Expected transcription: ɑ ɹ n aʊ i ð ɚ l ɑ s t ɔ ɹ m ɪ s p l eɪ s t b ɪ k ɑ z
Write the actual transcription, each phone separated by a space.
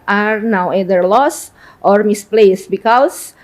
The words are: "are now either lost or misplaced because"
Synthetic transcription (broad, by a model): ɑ ɹ n aʊ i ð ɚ l ɑ s t ɔ ɹ m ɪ s p l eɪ s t b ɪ k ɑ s